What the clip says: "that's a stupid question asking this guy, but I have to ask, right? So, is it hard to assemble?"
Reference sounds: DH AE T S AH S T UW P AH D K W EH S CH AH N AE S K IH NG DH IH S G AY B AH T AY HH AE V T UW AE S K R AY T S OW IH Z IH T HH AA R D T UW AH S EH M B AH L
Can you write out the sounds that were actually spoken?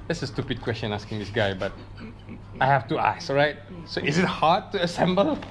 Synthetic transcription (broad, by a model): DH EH T S AH S T UW P AH D K W EH S CH AH N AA S K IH NG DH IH S G AY B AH T AY HH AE F T UW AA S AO R AY T S OW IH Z IH T HH AA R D T UW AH S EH M B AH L